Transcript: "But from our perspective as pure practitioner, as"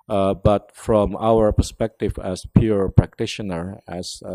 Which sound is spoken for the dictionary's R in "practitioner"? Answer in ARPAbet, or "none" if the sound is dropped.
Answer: R